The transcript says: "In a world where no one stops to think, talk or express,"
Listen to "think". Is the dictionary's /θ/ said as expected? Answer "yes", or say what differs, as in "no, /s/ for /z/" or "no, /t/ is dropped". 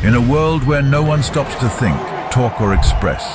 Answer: yes